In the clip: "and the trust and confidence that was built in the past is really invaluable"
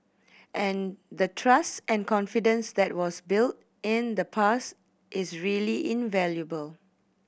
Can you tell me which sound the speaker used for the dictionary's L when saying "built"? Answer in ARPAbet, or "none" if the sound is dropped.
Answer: L